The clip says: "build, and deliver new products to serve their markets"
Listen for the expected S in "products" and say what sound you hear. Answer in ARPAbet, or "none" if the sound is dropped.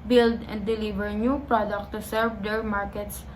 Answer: none